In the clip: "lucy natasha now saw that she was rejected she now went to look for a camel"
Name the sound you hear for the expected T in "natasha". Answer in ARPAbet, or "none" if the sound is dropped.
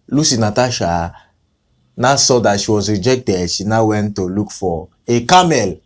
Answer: T